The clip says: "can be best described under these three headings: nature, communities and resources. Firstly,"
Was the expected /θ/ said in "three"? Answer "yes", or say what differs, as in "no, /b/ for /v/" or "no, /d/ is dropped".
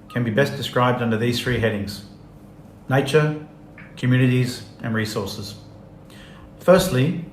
yes